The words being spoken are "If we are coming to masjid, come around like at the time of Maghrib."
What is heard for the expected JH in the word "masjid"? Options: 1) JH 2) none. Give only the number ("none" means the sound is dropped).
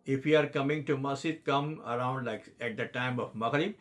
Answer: 2